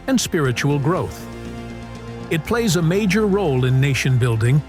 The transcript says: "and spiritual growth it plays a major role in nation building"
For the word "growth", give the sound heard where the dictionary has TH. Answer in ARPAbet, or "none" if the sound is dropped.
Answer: TH